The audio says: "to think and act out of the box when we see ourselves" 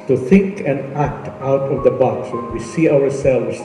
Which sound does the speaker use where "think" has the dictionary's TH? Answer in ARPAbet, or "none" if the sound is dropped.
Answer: TH